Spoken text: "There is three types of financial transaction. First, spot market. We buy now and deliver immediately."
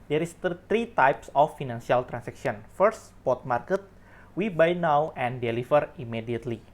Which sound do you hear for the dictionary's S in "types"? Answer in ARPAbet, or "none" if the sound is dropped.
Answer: S